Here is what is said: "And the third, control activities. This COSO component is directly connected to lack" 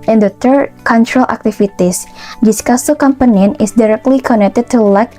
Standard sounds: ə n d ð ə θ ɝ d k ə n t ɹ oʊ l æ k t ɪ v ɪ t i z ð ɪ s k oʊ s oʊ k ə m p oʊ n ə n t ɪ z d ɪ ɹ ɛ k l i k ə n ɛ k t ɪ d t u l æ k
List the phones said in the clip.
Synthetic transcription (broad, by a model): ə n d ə t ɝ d k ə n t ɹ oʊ l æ k t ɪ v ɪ t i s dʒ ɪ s k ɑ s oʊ k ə m p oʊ n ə n ɪ s d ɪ ɹ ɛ k l i k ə n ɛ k t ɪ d t u l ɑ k